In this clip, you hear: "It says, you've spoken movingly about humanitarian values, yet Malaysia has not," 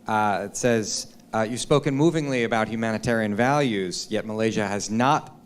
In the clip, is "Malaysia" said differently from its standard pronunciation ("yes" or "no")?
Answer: no